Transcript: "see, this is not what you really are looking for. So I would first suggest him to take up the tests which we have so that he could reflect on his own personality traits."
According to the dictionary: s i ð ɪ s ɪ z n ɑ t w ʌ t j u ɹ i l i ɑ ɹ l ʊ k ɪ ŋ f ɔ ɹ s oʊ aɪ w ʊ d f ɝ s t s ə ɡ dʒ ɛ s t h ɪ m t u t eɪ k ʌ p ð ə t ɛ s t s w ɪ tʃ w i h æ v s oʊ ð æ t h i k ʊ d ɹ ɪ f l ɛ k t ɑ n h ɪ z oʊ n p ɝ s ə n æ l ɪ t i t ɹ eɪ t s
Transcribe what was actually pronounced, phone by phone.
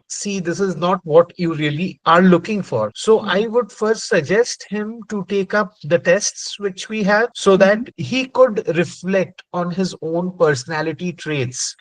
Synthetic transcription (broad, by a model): s i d ɪ s ɪ z n ɑ t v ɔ t j u ɹ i l i ɑ ɹ l ʊ k ɪ ŋ f ɔ ɹ s oʊ aɪ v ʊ d f ɝ s t s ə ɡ dʒ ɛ s t h ɪ m t u t eɪ k ʌ p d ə t ɛ s t s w ɪ tʃ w i h æ v s oʊ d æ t h i k ʊ d ɹ ɪ f l ɛ k t ɑ n h ɪ z oʊ n p ɝ s ə n æ l ɪ t i t ɹ eɪ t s